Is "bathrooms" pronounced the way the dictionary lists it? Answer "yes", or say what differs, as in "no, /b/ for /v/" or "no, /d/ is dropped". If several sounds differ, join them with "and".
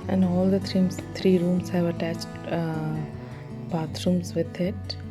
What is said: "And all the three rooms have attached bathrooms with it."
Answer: no, /t/ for /θ/